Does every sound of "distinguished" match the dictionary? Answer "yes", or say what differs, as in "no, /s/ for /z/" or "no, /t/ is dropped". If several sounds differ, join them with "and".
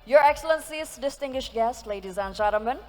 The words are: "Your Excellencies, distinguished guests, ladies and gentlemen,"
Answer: yes